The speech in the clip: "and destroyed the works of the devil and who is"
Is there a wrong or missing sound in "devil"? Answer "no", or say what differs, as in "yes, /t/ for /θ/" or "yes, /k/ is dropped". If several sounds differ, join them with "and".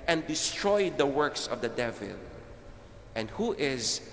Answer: no